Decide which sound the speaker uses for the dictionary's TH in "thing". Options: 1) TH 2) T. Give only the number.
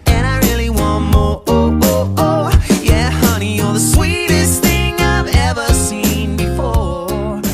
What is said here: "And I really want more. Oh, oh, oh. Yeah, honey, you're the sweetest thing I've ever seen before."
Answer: 1